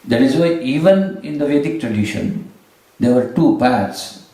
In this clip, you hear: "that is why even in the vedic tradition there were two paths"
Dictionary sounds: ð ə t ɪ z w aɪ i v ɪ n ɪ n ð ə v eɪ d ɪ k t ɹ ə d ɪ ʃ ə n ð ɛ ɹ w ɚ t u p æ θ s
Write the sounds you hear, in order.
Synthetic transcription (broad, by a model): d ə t ɪ z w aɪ i v ɪ n ɪ n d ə v eɪ d ɪ k t ɹ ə d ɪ ʃ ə n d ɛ ɹ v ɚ t u p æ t s